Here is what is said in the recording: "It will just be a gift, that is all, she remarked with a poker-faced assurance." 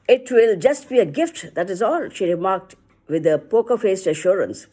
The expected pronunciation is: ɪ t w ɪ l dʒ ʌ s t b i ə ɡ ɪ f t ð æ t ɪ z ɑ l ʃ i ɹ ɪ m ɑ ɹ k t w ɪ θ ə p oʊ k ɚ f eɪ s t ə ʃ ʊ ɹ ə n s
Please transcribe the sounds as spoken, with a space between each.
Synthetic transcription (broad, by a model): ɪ t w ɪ l dʒ ʌ s t b i ə ɡ ɪ f t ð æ t ɪ z ɑ l ʃ i ɹ ɪ m ɑ ɹ k t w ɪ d ə p oʊ k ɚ f eɪ s t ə ʃ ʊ ɹ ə n s